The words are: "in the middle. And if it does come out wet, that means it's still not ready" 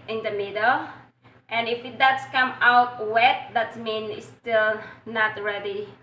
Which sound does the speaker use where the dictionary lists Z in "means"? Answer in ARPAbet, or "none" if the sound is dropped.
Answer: none